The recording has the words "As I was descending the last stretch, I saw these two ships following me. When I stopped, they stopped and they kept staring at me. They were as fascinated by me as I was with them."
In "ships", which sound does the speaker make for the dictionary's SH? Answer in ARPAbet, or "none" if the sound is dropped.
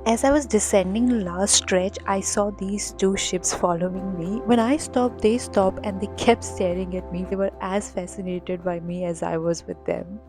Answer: SH